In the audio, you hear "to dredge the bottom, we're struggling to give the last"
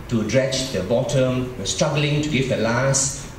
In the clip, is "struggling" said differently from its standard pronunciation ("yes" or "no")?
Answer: no